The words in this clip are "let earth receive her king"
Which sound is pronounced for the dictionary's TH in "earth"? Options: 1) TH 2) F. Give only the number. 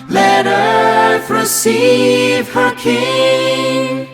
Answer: 2